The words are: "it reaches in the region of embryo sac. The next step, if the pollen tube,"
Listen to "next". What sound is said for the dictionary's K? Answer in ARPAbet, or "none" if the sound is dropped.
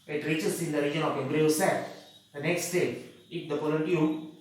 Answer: K